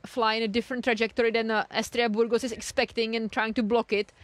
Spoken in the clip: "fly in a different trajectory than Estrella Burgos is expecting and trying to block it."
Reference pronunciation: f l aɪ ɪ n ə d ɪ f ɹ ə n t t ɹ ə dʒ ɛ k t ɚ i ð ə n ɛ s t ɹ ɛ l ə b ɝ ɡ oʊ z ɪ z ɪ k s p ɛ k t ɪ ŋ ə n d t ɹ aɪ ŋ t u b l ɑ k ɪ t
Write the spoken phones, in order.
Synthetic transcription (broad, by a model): f l aɪ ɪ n ə d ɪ f ɹ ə n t t ɹ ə dʒ ɛ k t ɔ i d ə n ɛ s t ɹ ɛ ə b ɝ ɡ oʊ s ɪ s ɪ k s p ɛ k t ɪ ŋ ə n t ɹ aɪ ŋ t u b l ɑ k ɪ t